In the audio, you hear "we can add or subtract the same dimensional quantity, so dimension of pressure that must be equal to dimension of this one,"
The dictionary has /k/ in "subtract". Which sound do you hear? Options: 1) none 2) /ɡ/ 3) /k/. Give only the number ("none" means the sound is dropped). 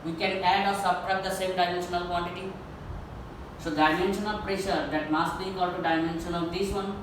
1